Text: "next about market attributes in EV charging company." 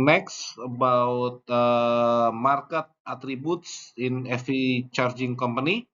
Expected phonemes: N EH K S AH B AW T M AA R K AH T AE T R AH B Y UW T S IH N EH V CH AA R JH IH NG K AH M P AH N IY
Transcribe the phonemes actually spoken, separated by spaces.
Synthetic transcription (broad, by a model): N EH K S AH B AW T M AA R K AH T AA T R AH B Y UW T S IH N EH F CH AA R JH IH NG K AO M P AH N IY